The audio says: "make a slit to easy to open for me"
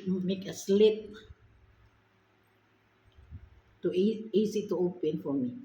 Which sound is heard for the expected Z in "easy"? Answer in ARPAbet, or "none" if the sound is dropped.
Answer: S